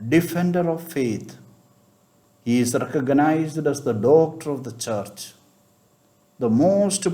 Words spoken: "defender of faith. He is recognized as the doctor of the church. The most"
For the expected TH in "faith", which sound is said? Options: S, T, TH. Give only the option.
T